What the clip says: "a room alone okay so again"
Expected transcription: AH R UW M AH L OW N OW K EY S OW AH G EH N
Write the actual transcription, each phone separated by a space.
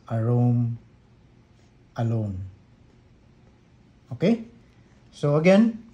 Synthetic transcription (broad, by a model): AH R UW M AH L OW N OW K EY S OW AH G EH N